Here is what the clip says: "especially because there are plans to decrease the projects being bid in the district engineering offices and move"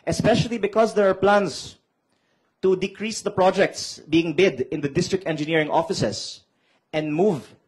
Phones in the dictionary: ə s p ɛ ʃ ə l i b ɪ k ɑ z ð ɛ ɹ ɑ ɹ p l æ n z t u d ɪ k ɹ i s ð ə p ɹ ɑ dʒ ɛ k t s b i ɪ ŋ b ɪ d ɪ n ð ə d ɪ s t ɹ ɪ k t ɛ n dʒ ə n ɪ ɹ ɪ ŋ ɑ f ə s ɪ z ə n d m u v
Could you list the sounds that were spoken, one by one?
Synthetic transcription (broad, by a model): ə s p ɛ ʃ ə l i b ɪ k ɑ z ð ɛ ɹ ɑ ɹ p l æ n s t u d ɪ k ɹ i s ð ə p ɹ ɑ dʒ ɛ k t s b i ɪ ŋ b ɪ d ɪ n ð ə d ɪ s t ɹ ɪ k t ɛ n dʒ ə n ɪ ɹ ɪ ŋ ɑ f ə s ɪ s ə n d m u v